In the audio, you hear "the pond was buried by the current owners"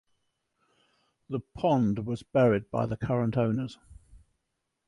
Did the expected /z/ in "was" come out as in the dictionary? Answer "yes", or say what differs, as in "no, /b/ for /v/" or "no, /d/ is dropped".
yes